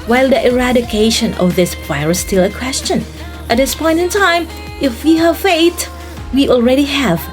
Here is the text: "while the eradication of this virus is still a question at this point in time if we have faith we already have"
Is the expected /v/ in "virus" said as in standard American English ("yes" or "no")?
no